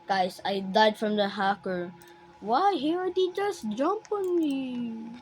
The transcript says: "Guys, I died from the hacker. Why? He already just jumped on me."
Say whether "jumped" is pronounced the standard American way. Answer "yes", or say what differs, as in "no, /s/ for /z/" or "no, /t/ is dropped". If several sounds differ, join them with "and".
no, /t/ is dropped